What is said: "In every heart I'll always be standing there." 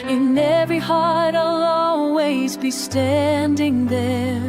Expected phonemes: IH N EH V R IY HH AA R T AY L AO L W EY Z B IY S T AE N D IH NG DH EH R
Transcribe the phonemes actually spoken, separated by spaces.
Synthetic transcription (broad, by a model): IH N EH V R IY HH AA R T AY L AO L W EY Z B IY S T AE N D IH NG DH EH R